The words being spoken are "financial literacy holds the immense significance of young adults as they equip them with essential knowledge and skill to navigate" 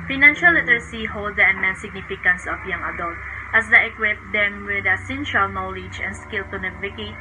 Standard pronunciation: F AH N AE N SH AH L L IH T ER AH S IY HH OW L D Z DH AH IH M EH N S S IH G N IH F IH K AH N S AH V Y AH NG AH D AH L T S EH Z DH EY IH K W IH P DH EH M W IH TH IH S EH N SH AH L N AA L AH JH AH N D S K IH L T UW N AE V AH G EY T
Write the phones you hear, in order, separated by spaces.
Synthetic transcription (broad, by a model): F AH N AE N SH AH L L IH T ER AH S IY HH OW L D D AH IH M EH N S S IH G N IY F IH K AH N S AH F Y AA NG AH D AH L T EH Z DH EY IH K W IH P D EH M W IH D IH S EH N SH AH L N AA L AH JH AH N S K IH L T UW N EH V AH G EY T